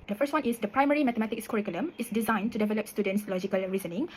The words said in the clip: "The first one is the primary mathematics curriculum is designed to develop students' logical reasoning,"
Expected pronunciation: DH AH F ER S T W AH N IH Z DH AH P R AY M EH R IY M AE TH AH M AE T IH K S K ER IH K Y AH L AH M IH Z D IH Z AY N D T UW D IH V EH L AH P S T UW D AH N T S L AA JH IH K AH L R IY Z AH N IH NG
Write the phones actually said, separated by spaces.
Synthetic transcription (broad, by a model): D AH F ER S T W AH N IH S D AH P R AY M EH R IY M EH T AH M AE T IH K S K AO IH K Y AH L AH M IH S D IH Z AY N T UW D IH V EH L AH P S T UW D AH N T S L AA JH IH K AH L R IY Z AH N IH NG